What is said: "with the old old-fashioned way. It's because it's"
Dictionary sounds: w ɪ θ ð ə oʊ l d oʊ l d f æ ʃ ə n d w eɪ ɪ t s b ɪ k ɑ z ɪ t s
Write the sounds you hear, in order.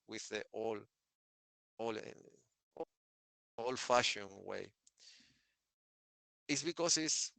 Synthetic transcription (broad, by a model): w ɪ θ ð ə oʊ l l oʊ l f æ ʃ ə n w eɪ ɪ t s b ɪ k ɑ s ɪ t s